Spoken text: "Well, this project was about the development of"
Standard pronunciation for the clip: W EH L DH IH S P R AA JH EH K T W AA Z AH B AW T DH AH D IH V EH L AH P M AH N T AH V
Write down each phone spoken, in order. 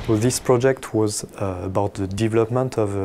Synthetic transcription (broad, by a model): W DH IH S P R AA JH EH K T W AA Z AH B AW T DH AH D IH V EH L AH P M AH N T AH V